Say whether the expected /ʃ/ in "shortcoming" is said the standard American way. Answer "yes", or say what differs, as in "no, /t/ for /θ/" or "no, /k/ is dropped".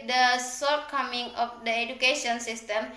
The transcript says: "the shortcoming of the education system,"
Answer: no, /s/ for /ʃ/